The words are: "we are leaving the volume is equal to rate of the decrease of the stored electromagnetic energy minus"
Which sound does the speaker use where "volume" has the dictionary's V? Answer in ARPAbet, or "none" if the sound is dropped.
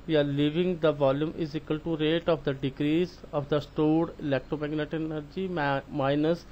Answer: V